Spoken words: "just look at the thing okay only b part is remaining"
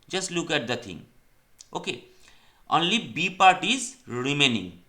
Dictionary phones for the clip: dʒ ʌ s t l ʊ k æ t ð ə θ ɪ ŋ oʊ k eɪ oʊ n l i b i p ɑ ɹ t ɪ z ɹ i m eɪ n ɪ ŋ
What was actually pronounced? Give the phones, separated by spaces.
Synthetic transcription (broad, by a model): dʒ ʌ s t l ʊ k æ t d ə t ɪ ŋ oʊ k eɪ oʊ n l i b i p ɑ ɹ t ɪ z ɹ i m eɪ n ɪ ŋ